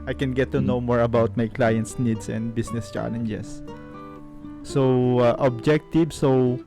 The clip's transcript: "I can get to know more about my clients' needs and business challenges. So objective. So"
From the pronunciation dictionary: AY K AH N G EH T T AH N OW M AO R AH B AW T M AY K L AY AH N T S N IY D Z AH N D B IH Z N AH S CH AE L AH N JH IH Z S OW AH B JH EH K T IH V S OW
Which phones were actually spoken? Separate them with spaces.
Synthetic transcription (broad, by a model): AY K AH N G EH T T AH N OW M AO R AH B AW T M AY K L AY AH N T S N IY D S AH N D B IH S N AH S CH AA L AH N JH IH S OW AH B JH EH K T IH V S OW